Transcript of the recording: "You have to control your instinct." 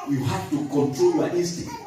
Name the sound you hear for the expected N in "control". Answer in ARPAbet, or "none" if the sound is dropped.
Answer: N